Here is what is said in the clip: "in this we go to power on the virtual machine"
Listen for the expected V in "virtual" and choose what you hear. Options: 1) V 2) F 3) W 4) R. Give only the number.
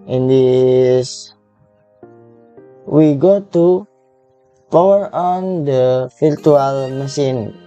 2